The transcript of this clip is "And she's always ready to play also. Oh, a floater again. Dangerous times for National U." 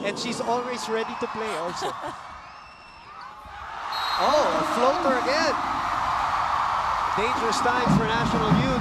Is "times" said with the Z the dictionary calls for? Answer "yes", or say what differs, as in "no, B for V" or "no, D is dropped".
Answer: no, Z is dropped